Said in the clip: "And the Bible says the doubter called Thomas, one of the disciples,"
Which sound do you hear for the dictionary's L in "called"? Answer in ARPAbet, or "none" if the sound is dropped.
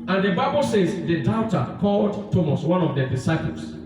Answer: L